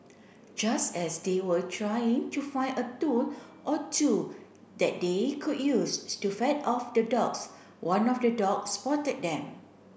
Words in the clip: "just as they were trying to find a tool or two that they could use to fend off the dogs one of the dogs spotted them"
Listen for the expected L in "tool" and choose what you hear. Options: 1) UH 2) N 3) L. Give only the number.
2